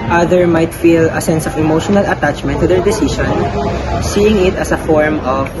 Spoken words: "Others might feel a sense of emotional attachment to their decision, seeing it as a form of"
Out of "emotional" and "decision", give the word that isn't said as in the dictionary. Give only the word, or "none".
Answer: decision